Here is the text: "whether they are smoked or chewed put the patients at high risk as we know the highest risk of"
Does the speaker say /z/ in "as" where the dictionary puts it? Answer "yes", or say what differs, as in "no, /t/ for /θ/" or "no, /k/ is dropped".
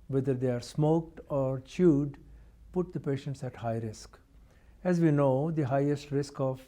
yes